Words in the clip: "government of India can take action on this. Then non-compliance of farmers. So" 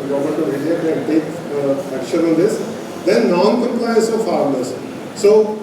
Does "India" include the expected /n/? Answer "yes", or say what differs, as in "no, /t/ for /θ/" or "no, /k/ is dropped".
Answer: no, /n/ is dropped